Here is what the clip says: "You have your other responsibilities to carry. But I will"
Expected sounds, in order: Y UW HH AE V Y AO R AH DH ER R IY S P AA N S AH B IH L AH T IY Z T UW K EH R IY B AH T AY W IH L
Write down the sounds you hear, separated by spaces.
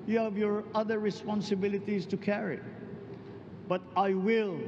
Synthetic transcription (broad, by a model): Y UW HH AE V Y AO R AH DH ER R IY S P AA N S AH B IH L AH T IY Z T UW K EH R IY B AH T AY W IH L